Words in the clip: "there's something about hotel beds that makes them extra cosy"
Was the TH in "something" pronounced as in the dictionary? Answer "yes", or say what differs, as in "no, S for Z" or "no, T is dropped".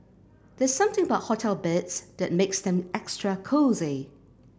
yes